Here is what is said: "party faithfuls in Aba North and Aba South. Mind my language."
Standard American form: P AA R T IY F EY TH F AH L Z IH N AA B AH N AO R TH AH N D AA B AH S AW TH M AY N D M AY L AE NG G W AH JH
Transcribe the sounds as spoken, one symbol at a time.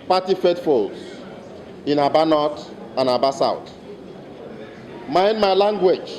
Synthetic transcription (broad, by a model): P AA T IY F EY T F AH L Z IH N AA B AH N AO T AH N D AA B AH S AW T M AY N D M AY L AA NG G W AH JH